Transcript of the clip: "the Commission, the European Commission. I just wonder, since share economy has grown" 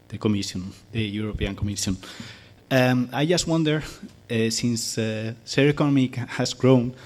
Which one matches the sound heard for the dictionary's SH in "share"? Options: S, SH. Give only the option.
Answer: S